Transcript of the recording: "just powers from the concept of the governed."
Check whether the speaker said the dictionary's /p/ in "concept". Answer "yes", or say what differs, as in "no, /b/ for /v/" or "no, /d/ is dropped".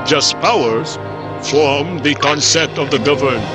no, /p/ is dropped